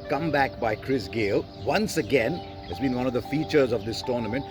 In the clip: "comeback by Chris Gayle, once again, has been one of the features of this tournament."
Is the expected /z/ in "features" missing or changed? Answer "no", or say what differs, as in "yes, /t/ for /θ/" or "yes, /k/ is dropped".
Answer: no